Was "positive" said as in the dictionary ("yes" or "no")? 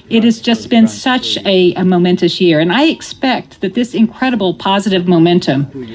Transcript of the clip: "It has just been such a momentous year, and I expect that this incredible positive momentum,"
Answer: yes